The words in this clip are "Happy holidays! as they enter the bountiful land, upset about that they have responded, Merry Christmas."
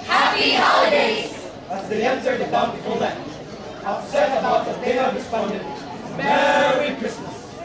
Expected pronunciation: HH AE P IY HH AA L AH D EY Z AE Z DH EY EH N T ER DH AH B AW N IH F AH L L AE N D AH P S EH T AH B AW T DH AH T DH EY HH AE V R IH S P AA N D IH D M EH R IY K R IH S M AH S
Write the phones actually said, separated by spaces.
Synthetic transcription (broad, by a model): HH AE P IY HH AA L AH D EY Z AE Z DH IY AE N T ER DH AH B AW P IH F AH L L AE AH S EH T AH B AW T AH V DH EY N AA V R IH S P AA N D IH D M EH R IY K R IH S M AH S